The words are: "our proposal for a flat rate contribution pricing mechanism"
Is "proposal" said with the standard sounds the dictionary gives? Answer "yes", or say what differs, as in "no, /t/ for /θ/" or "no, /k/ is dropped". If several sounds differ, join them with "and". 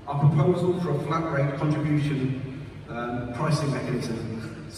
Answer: yes